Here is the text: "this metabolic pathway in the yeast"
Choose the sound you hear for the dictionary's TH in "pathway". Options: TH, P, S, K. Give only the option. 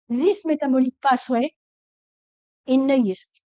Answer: S